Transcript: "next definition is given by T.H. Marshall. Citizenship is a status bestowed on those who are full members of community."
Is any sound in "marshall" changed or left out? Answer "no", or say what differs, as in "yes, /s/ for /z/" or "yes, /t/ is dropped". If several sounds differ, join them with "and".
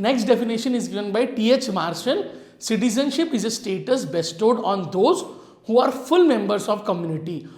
yes, /n/ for /l/